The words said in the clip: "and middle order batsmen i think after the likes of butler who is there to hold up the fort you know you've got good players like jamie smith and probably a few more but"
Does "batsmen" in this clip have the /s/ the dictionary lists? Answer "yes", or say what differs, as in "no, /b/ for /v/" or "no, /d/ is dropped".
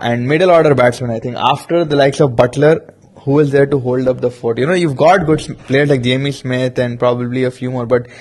yes